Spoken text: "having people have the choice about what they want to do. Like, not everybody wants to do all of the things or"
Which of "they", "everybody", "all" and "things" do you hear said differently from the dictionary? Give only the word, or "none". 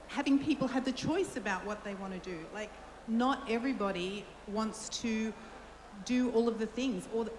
none